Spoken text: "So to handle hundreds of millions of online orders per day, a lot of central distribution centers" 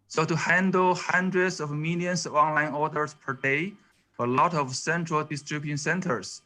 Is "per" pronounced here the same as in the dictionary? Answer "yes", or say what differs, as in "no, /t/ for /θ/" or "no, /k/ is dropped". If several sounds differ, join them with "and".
yes